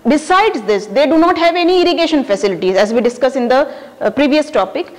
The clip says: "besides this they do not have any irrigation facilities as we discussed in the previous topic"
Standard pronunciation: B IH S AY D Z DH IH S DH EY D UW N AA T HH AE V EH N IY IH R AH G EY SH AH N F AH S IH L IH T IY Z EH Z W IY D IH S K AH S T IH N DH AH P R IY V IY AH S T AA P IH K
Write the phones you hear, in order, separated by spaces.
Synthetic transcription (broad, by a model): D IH S AY D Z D IH S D EY D UW N AA T HH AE V EH N IY IH R AH G EY SH AH N F AH S IH L IH T IY Z EH Z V IY D IH S K AH S IH N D AH P R IY V IY AH S T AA P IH K